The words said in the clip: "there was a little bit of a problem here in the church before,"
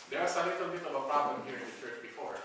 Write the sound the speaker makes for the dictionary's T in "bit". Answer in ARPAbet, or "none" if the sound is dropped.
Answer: T